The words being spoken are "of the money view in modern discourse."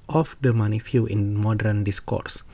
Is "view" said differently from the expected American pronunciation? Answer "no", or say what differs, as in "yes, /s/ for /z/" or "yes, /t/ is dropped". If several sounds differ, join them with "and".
yes, /f/ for /v/